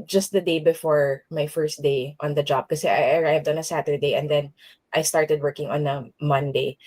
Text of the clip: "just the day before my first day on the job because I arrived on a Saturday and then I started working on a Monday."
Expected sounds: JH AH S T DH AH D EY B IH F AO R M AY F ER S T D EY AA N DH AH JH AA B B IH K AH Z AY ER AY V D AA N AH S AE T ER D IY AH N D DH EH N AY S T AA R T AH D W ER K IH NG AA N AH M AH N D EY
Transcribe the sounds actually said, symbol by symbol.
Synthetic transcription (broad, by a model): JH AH S T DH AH D EY B IH F AO R M AY F ER S T D EY AA N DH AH JH AA B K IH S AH AY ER AY V D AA N AH S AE T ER D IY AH N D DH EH N AY S T AA R T AH D W ER K IH NG AA N AH M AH N D EY